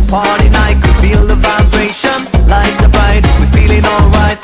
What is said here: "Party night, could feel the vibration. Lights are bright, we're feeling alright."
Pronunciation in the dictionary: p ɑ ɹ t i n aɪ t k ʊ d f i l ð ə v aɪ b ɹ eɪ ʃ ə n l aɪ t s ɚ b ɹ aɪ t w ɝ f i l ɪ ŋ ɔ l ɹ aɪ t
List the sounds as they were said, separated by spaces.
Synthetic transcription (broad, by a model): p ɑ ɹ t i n aɪ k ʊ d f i l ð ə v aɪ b ɹ eɪ ʃ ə n l aɪ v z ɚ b aɪ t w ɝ f i l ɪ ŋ ɔ l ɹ aɪ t